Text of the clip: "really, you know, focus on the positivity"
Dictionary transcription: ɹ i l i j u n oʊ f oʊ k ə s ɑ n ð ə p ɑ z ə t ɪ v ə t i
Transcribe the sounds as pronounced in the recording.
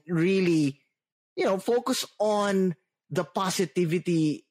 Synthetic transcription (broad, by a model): ɹ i l i j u n oʊ f oʊ k ə s ɑ n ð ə p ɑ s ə t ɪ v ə t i